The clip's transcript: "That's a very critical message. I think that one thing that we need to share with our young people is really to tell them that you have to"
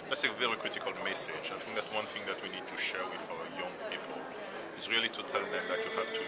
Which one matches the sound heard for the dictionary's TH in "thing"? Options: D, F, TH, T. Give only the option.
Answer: TH